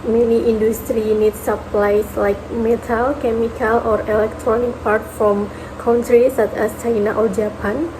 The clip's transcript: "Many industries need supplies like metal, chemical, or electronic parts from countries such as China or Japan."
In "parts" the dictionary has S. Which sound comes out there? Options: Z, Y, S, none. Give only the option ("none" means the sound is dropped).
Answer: none